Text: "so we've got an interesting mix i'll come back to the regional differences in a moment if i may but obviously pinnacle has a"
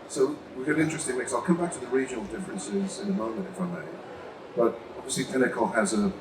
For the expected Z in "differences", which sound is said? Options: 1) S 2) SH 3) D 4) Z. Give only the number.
4